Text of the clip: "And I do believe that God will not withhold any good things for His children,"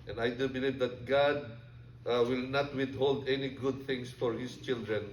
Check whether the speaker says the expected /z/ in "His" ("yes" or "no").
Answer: no